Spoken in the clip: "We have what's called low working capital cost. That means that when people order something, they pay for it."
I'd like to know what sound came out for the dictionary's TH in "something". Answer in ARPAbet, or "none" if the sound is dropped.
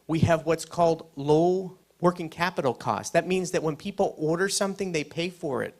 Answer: TH